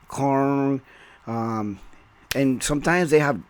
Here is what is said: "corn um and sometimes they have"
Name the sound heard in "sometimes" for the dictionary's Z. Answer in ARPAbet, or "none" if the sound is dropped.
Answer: Z